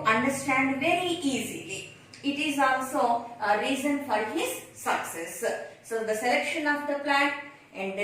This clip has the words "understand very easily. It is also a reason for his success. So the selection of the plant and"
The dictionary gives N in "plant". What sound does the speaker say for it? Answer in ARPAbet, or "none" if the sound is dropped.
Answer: none